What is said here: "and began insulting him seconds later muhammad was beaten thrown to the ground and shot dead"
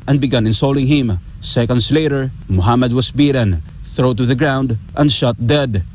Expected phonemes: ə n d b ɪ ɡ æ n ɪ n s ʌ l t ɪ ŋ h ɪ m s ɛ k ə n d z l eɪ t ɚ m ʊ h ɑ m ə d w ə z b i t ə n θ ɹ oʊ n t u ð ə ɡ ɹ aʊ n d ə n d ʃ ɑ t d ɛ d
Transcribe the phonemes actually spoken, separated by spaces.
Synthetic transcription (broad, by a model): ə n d b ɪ ɡ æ n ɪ n s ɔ l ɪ ŋ h ɪ m s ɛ k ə n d s l eɪ t ɚ m ʊ h ɑ m ə d w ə s b i t ə n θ ɹ oʊ t u ð ə ɡ ɹ aʊ n d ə n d ʃ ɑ t d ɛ d